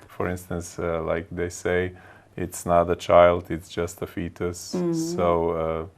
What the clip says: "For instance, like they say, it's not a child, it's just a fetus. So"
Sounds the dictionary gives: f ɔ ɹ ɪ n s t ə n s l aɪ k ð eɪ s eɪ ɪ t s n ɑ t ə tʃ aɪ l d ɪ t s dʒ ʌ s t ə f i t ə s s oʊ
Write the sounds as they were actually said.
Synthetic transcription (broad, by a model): f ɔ ɹ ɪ n s t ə n s l aɪ k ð eɪ s eɪ ɪ t s n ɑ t ə tʃ aɪ l d ɪ t s dʒ ʌ s t ə f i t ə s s oʊ